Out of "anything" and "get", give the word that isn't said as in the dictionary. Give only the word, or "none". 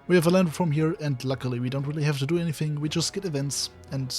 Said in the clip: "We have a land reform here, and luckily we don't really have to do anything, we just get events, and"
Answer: none